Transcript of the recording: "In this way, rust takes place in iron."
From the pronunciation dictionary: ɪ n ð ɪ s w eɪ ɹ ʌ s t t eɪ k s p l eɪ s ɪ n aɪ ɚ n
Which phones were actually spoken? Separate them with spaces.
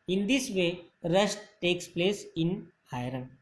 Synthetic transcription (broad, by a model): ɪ n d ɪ s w eɪ ɹ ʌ ʃ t t eɪ k s p l eɪ s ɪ n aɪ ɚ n